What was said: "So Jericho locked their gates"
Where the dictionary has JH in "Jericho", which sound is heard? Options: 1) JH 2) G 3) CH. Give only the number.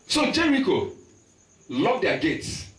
1